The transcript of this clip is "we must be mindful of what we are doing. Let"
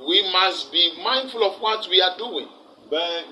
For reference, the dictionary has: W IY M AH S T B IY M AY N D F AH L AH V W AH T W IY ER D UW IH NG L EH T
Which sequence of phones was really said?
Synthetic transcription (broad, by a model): W IY M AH S T B IY M AY N D F AH L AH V W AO T W IY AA D UW IH NG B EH